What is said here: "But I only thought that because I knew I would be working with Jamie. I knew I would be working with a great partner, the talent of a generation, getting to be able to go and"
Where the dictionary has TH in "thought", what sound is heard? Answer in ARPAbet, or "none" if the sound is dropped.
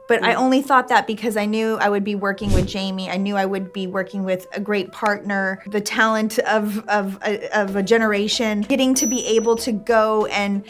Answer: TH